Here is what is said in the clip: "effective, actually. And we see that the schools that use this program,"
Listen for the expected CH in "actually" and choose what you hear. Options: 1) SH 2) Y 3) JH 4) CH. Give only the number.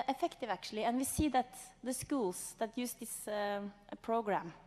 1